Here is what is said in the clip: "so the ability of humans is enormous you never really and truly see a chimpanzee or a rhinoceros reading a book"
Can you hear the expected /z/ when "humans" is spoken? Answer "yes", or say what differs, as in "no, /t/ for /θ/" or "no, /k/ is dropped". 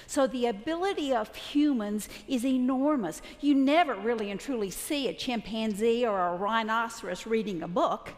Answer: yes